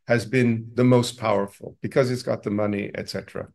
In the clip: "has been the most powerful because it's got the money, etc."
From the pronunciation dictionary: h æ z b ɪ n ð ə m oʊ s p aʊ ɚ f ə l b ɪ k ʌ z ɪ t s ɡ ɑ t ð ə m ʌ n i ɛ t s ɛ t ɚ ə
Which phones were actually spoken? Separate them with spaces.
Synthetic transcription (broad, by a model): h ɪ z b ɪ n ð ə m oʊ s p aʊ ɚ f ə l b ɪ k ʌ z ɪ t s ɡ ɑ t ð ə m ʌ n i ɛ t s ɛ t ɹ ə